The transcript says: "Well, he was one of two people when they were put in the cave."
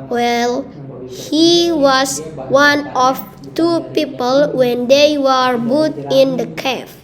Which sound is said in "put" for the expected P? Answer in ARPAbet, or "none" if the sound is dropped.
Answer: B